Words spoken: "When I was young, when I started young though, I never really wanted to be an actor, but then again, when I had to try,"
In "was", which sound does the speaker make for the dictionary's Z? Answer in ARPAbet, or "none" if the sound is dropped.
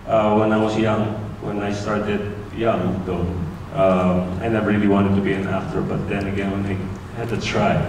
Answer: S